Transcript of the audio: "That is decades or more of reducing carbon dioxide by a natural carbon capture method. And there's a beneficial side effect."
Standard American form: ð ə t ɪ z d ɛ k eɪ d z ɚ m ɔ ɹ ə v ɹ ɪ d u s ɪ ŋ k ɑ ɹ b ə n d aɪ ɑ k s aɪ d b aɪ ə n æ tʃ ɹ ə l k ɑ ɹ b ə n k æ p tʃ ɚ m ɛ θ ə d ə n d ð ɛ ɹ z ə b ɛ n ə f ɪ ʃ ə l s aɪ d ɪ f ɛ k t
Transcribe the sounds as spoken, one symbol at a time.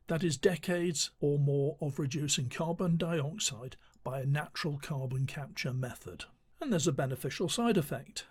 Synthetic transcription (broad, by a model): ð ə t ɪ z d ɛ k eɪ d z ɚ m ɔ ɹ ə v ɹ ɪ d u s ɪ ŋ k ɑ ɹ b ə n d aɪ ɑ k s aɪ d b aɪ ə n æ tʃ ɹ ə l k ɑ ɹ b ə n k æ p tʃ ɚ m ɛ θ ə d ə n ð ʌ ɹ z ə b ɛ n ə f ɪ ʃ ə l s aɪ d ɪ f ɛ k t